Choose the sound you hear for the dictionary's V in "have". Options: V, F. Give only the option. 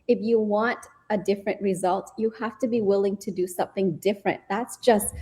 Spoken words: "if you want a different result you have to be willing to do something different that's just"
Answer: F